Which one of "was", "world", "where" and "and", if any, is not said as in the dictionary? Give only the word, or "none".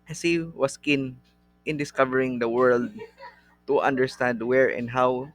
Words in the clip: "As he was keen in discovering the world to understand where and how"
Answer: was